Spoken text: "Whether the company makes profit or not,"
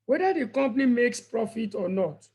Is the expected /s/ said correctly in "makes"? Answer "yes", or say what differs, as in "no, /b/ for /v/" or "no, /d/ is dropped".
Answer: yes